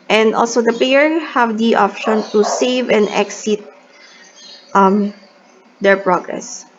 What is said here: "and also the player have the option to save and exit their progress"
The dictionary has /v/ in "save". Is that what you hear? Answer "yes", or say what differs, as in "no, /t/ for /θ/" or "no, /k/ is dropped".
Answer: yes